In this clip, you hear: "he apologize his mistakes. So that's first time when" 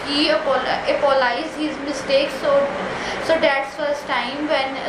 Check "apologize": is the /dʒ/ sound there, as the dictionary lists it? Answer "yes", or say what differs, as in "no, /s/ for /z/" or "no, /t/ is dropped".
no, /dʒ/ is dropped